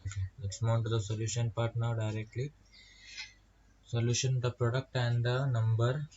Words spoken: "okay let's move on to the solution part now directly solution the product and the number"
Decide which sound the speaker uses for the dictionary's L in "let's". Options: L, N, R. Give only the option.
N